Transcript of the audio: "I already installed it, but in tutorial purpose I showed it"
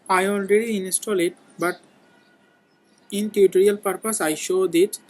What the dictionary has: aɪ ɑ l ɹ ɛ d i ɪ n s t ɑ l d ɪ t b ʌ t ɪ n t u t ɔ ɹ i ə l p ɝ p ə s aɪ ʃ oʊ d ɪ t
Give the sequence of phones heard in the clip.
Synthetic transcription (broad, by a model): aɪ ɑ l ɹ ɛ d i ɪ n s t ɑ l ɪ t b ʌ t ɪ n t u t ɔ ɹ i ə l p ɝ p ə s aɪ ʃ oʊ d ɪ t